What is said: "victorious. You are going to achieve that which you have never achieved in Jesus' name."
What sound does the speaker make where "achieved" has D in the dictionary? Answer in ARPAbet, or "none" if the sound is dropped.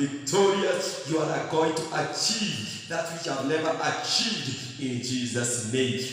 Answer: D